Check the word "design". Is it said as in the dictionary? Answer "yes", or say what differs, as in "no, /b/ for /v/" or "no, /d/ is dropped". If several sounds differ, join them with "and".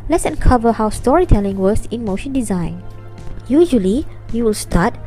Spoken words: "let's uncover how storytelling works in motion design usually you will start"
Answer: yes